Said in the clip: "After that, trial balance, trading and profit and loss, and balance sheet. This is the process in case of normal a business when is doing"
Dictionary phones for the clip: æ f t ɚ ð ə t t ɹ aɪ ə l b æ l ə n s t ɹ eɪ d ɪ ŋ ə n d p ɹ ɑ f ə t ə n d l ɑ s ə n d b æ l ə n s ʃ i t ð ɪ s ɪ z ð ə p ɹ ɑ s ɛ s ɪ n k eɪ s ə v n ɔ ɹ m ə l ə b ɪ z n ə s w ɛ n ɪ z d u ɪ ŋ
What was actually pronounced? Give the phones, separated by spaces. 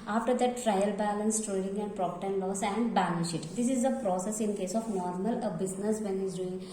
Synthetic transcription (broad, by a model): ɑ f t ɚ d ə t t ɹ aɪ ə l b æ l ə n s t ɹ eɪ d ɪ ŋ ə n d p ɹ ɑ p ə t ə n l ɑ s ə n d b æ n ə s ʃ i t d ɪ s ɪ z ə p ɹ ɑ s ɛ s ɪ n k eɪ s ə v n ɔ ɹ m ə l ə b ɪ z n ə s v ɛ n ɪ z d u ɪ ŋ